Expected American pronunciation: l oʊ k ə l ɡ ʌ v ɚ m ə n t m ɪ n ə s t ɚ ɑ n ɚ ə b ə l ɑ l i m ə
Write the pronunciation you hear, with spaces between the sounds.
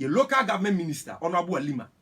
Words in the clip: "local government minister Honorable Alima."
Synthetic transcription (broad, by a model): l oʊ k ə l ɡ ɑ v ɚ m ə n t m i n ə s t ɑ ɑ n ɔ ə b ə w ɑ l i m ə